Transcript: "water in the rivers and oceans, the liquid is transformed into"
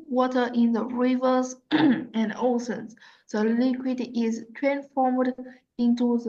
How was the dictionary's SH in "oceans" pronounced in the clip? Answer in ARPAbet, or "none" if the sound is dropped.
S